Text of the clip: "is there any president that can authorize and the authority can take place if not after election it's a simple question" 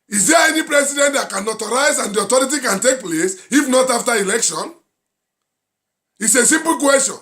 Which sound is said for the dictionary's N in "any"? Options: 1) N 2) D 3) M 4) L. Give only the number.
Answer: 1